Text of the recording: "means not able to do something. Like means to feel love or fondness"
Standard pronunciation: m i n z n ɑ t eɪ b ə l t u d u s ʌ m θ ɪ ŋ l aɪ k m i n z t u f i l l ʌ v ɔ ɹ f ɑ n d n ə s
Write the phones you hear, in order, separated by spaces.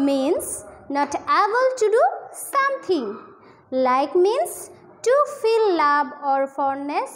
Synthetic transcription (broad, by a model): m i n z n ɑ t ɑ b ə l t u d u s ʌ m t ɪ ŋ l aɪ k m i n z t u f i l l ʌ b ɔ ɹ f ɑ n n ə s